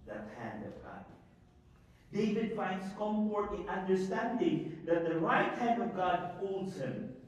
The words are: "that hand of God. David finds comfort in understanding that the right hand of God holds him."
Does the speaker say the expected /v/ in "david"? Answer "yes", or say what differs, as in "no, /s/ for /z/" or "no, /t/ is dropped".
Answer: yes